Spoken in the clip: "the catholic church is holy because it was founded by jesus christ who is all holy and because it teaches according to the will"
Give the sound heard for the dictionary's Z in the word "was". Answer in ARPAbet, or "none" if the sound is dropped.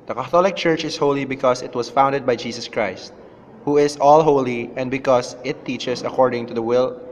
S